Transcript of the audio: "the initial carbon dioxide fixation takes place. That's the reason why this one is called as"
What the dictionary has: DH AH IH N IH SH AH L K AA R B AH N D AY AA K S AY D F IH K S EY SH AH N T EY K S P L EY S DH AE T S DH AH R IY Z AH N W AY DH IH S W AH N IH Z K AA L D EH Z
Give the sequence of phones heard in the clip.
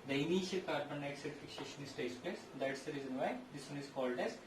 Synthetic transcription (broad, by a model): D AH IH N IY SH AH L K AA R B AH N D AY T S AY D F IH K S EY SH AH N T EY S P L EY S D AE T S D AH R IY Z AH N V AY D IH S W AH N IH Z K AA L D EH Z